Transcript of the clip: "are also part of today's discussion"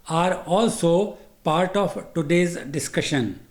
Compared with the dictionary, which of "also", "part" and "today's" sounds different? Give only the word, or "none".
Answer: none